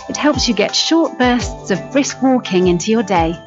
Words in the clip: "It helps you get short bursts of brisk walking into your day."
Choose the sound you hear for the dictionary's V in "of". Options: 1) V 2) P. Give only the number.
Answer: 1